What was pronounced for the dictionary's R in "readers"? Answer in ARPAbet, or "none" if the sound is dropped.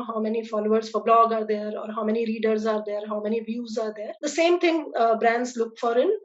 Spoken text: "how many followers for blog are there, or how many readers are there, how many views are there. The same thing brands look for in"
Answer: R